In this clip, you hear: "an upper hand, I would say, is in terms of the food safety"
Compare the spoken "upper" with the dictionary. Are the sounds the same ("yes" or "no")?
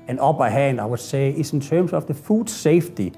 no